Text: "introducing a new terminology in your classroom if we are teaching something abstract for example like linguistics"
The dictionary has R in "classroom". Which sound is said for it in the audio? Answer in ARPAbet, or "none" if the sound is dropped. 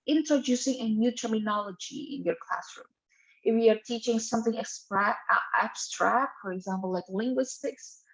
R